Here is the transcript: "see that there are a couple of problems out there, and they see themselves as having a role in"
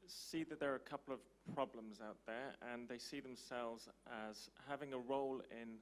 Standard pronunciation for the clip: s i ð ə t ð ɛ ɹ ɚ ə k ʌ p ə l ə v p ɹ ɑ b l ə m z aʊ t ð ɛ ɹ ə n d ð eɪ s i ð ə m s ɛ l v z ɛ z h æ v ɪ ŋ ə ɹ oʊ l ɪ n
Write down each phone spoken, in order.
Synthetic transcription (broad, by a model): s i ð ə t ð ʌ ɹ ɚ ə k ʌ p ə l ə v p ɹ ɑ b l ə m z aʊ t ð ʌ ɹ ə n ð eɪ s i ð ə m s ɛ l v z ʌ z h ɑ v ɪ ŋ ə ɹ oʊ l ɪ n